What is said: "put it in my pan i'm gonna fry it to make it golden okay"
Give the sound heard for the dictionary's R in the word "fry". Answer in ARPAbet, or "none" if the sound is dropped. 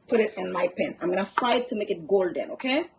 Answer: none